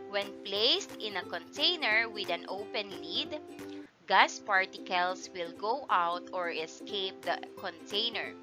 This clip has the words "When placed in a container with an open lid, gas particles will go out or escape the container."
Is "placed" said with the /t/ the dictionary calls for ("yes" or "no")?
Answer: yes